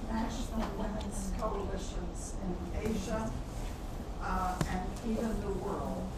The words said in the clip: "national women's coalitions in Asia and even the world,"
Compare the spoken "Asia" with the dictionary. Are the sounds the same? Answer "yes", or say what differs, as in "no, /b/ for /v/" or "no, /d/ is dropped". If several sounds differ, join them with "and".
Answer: yes